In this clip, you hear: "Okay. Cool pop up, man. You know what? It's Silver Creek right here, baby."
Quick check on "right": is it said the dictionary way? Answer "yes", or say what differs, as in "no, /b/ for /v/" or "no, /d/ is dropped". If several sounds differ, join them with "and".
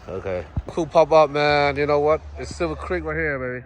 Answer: no, /l/ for /ɹ/